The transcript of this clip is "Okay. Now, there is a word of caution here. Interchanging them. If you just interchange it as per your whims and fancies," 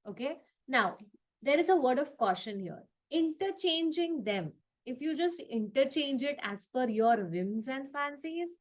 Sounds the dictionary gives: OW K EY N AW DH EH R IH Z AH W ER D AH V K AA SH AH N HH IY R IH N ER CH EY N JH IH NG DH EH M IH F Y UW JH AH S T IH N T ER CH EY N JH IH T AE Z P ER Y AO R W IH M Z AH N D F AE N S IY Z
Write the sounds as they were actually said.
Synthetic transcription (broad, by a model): OW K EY N AW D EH R IH Z AH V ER D AH V K AA SH AH N HH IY R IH N ER CH EY N JH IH NG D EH M IH F Y UW JH AH S T IH N T ER CH EY N JH IH T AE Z F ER Y AO R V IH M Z AH N D F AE N S IY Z